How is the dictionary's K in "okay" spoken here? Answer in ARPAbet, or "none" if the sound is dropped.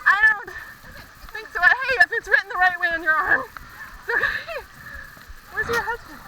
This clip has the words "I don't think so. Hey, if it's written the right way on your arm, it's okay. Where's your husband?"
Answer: none